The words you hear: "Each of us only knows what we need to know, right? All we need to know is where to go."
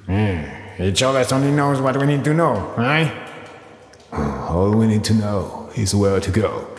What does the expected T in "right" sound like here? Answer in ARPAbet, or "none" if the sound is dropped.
none